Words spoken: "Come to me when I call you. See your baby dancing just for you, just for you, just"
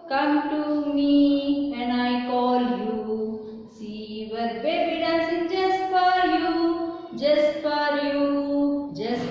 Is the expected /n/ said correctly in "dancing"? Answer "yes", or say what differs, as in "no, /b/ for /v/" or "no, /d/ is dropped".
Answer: no, /n/ is dropped